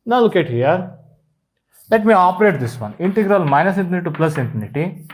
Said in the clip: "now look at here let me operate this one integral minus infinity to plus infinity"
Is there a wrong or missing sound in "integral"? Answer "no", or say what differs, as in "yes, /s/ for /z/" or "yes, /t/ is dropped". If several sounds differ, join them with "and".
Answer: no